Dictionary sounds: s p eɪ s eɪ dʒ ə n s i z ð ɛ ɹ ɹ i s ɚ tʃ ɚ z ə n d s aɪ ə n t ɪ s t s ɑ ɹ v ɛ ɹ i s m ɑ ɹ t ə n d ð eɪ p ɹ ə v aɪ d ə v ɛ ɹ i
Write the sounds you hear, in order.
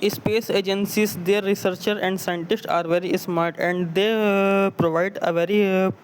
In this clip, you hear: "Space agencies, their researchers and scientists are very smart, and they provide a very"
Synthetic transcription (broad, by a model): s p eɪ s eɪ dʒ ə n s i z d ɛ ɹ ɹ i s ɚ tʃ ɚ ə n d s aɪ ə n t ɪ s t ɑ ɹ v ɛ ɹ i s m ɑ ɹ t ə n d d eɪ p ɹ ə v aɪ d ə v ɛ ɹ i